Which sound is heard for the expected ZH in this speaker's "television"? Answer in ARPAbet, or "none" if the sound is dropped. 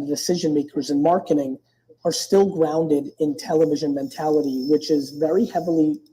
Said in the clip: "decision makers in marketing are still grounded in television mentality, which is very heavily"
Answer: ZH